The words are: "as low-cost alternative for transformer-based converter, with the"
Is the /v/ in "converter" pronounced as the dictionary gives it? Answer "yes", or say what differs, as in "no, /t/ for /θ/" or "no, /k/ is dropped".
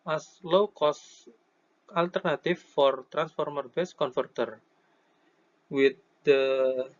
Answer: no, /f/ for /v/